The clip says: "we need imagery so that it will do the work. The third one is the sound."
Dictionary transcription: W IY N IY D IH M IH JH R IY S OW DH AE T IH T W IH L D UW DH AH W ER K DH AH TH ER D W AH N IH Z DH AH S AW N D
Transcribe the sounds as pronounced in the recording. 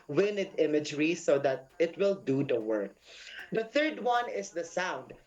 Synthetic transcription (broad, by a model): W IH N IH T IH M IH JH R IY S OW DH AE T IH T W IH L D UW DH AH W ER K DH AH TH ER D W AH N IH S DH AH S AW N D